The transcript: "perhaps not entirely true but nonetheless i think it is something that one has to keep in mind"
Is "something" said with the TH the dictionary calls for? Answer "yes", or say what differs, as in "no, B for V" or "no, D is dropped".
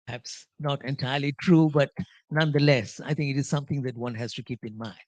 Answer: no, T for TH